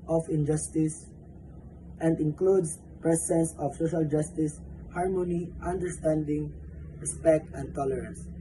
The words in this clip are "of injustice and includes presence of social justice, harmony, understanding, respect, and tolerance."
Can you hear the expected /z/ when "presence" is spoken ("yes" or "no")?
no